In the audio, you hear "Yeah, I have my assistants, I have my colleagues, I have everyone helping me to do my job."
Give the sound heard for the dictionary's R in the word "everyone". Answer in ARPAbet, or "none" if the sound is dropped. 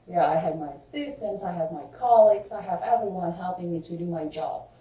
R